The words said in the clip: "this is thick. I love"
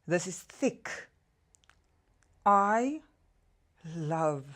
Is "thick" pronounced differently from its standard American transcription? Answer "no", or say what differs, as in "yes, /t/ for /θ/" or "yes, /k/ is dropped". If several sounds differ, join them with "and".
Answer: no